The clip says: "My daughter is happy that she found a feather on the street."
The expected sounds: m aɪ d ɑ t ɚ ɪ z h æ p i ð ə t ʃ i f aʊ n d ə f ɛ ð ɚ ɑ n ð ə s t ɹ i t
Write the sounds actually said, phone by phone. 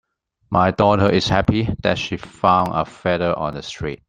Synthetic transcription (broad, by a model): m aɪ d ɑ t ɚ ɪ s h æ p i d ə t ʃ i f aʊ n ə f ɛ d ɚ ɑ n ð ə s t ɹ i t